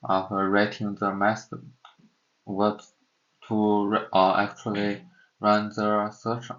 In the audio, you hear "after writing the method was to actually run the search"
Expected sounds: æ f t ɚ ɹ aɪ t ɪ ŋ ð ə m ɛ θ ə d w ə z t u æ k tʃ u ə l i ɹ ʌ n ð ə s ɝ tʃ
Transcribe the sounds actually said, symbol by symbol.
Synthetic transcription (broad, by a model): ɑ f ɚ ɹ aɪ t ɪ ŋ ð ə m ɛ s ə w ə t t u æ k tʃ u ə l i ɹ ʌ n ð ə s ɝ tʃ